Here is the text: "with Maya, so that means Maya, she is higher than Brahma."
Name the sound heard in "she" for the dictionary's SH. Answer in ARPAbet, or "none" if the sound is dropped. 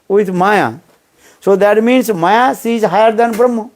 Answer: S